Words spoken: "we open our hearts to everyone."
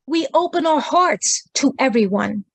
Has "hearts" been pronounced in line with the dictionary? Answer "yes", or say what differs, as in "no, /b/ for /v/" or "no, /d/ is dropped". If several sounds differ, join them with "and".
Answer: yes